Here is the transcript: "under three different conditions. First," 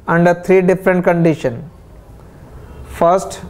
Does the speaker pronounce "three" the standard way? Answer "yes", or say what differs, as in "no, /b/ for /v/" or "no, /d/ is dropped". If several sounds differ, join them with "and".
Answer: no, /t/ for /θ/